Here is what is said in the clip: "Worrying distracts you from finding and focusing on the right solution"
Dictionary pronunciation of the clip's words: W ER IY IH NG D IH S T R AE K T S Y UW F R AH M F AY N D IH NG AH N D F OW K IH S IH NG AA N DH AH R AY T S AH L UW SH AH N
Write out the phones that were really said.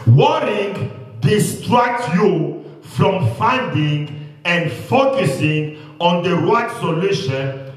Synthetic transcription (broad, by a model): W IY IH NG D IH S T R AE K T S Y UW F R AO M F AY N D IH NG AH N D F OW K IH S IH NG AA N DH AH W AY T S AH L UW SH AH N